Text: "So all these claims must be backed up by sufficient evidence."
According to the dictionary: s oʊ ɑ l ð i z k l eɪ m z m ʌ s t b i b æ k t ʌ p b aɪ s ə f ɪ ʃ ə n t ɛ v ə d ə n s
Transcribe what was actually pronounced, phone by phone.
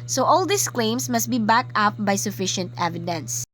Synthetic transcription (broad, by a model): s oʊ ɑ l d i s k l eɪ m s m ʌ s t b i b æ k ʌ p b aɪ s ə f ɪ ʃ ə n t ɛ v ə d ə n s